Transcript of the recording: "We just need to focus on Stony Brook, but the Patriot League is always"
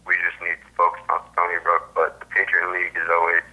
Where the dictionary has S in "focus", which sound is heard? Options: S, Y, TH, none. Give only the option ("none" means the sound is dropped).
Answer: none